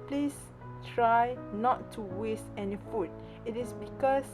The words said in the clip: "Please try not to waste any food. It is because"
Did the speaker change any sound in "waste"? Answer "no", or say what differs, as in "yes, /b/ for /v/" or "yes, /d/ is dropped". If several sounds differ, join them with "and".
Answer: no